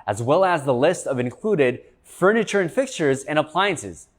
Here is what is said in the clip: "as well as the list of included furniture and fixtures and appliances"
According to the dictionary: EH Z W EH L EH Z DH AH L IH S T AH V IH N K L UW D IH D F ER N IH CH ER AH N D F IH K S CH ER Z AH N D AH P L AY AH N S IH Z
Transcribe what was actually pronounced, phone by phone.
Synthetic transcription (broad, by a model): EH Z W EH L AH Z DH AH L IH S T AH V IH N K L UW D IH D F ER N IH CH ER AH N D F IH K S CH ER Z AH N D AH P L AY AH N S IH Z